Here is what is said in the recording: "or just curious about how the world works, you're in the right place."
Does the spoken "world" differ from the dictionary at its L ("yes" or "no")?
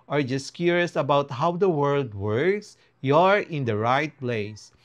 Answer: no